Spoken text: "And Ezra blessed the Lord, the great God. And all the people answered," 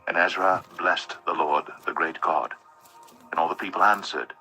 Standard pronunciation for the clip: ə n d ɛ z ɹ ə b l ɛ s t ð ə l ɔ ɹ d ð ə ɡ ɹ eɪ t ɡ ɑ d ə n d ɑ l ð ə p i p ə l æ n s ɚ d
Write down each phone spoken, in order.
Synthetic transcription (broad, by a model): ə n ɛ z ɹ ə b l ɛ s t ð ə l ɔ ɹ d ð ə ɡ ɹ eɪ t ɡ ɑ d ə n ɑ l ð ə p i p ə l æ n s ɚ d